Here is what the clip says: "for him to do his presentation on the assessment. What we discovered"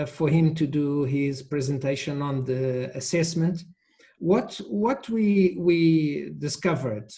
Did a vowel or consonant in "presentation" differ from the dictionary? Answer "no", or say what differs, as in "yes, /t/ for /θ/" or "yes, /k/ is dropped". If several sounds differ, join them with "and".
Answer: no